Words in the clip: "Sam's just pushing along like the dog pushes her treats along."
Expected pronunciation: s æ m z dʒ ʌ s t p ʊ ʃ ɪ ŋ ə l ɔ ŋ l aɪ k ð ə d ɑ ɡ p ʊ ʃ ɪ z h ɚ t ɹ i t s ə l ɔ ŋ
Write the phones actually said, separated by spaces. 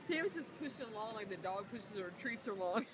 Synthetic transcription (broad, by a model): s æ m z dʒ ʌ s p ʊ ʃ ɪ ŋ ə l ɔ ŋ l aɪ k ð ə d ɑ ɡ p ʊ ʃ ɪ z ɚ t ɹ i t s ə l ɔ ŋ